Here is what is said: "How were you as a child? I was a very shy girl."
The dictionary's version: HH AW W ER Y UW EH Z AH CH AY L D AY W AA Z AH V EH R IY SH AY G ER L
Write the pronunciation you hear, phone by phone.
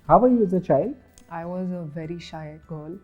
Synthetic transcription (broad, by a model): HH AW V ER Y UW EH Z AH CH AY L D AY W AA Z AH V EH R IY SH AY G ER L